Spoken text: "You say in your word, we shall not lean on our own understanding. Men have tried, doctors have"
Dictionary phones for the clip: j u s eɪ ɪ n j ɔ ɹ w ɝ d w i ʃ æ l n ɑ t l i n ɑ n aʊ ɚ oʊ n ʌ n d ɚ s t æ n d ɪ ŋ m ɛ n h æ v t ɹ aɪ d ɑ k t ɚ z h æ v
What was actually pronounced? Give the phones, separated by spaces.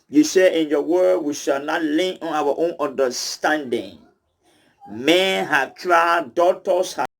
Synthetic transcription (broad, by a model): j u s eɪ ɪ n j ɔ w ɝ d w i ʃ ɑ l n ɑ t l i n ɑ n aʊ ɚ oʊ n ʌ n d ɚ s t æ n d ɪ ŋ m ɛ n h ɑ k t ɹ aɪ d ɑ t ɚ s h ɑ